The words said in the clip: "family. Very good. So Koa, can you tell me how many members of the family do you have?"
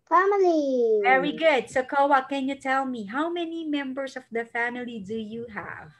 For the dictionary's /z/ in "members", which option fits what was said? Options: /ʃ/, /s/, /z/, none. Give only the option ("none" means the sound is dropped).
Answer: /s/